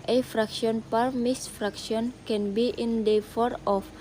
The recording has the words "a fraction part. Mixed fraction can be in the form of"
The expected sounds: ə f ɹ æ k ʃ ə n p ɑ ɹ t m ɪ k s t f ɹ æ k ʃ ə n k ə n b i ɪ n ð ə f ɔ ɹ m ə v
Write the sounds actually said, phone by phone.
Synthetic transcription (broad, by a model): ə f ɹ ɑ k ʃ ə n p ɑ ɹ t m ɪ s f ɹ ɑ k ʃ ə n k ə n b i ɪ n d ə f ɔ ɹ ə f